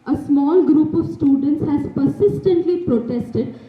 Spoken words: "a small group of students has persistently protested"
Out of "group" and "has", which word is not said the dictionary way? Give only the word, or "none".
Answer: none